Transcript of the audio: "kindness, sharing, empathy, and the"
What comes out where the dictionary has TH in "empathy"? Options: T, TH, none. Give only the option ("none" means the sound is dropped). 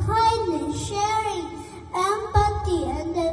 T